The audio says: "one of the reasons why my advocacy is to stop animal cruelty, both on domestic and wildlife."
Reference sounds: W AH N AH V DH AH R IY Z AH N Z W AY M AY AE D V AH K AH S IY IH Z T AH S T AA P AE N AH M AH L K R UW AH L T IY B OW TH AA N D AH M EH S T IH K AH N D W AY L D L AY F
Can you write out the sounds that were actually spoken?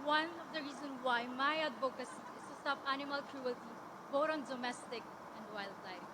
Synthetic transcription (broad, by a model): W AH N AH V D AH R IY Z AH N W AY M AY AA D B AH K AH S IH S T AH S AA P AE N AH M AH L K R UW AH L T IY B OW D AA N D AH M EH S T IH K AH N D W AY L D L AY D